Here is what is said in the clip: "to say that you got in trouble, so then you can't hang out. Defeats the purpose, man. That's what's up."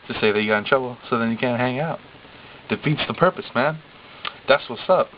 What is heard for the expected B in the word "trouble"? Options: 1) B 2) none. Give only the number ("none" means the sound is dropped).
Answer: 2